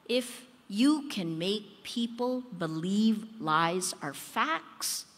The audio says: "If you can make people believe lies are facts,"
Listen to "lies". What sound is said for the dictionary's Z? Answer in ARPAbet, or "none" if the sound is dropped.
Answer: Z